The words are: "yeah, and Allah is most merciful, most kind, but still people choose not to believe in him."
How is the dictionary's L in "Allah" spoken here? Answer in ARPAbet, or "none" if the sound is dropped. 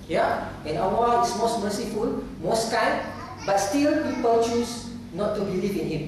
W